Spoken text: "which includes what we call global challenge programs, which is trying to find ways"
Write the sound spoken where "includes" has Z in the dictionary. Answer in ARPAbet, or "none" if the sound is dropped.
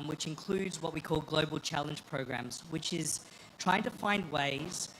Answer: Z